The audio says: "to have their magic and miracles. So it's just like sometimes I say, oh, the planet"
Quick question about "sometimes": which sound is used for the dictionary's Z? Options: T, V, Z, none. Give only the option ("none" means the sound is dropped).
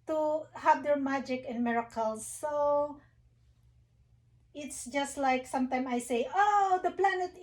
none